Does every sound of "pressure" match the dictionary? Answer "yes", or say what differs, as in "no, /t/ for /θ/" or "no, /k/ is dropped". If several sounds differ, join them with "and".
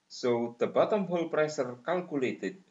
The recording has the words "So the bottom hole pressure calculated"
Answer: no, /s/ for /ʃ/